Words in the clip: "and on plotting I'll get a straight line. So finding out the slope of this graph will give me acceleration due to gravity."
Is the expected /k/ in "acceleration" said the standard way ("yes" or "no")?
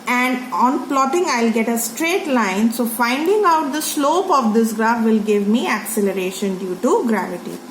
yes